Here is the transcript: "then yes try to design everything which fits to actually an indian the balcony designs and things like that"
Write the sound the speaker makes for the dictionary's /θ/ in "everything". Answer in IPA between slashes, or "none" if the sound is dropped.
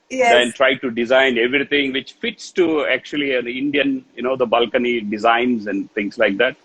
/t/